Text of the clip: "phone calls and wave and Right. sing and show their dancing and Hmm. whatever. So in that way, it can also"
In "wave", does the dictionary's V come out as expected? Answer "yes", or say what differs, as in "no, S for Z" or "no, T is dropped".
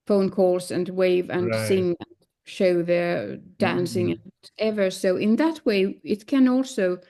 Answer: yes